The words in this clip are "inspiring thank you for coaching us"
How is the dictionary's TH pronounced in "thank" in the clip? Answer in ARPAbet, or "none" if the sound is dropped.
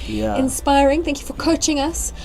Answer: TH